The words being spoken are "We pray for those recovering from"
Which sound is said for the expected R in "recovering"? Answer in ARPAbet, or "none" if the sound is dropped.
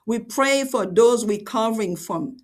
W